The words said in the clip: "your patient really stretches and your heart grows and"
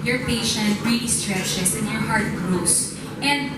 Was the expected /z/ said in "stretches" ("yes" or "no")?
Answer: no